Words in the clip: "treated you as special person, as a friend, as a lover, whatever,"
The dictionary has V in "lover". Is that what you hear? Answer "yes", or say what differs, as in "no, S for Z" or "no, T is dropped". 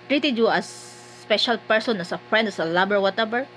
no, B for V